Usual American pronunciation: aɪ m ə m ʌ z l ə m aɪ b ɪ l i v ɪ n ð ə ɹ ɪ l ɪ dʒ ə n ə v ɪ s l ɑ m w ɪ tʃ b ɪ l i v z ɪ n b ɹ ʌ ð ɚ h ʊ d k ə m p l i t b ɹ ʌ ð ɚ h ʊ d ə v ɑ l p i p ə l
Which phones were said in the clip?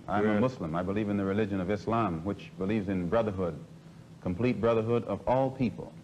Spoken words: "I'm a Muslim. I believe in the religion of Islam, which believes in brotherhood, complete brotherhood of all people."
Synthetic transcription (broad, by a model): aɪ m ə m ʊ s l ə m aɪ b ɪ l i v ɪ n ð ə ɹ ɪ l ɪ dʒ ə n ə v ɪ s l ɑ m w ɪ tʃ b ɪ l i v z ɪ n b ɹ ʌ ð ɚ h ʊ d k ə m p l i t b ɹ ʌ ð ɚ h ʊ d ə v ɑ l p i p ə l